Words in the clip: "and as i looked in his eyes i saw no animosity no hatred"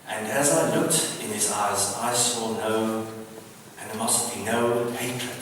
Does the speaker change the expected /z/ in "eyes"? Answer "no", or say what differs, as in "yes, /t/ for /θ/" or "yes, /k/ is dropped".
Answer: no